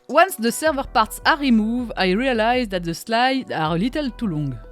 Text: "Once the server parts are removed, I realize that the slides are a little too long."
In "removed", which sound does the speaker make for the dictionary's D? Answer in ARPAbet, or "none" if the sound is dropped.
none